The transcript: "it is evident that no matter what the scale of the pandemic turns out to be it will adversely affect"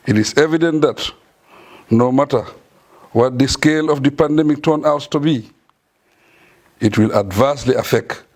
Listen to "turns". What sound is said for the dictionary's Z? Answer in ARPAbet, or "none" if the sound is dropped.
none